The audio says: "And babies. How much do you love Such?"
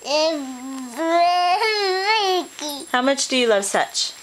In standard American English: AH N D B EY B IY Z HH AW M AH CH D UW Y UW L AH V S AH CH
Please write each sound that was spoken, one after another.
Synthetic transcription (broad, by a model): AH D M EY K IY HH AW M AH CH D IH Y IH L AH V S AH CH